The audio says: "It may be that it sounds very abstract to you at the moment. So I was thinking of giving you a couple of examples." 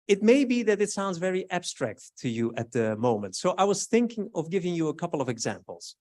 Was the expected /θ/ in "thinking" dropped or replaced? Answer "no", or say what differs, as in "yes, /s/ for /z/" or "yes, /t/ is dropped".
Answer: no